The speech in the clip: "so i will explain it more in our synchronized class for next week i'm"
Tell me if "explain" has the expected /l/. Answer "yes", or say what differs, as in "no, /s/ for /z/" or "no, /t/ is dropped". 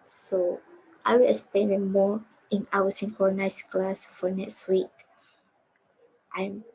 no, /l/ is dropped